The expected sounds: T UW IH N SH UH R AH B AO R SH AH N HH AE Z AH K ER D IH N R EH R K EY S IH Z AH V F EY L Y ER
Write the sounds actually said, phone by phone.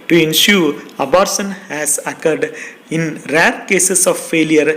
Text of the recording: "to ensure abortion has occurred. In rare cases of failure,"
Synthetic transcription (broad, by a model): T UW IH N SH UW R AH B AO R S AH N HH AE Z AH K ER D IH N R EH R K EY S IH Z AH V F EY L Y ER